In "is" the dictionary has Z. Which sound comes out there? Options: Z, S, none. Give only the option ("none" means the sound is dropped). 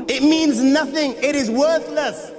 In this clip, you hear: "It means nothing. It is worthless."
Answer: Z